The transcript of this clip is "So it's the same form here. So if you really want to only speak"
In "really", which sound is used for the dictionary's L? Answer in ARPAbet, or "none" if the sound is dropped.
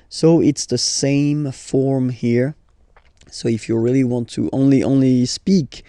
L